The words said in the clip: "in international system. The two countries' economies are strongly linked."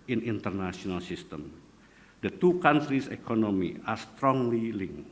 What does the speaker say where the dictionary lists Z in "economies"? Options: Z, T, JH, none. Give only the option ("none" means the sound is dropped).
none